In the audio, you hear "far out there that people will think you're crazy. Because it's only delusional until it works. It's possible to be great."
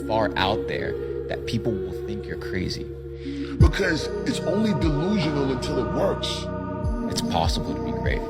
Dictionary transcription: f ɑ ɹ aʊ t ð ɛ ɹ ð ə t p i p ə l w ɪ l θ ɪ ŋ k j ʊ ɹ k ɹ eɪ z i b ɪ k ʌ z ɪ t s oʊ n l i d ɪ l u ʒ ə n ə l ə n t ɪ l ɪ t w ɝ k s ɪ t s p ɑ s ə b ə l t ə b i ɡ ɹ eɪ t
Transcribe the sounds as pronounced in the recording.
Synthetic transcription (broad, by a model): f ɑ ɹ aʊ t ð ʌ ɹ ð ə t p i p l w ɪ l θ ɪ ŋ k j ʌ ɹ k ɹ eɪ z i b ɪ k ʌ z ɪ t s oʊ n l i d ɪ l u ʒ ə n l ə n t ɪ l ɪ t w ɝ k s ɪ t s p ɑ s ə b l t ə b i ɡ ɹ eɪ t